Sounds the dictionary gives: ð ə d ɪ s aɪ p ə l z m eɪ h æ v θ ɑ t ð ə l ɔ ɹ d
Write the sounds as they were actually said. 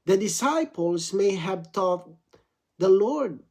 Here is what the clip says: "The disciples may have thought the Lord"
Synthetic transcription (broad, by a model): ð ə d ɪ s aɪ p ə l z m eɪ h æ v t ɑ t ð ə l ɔ ɹ d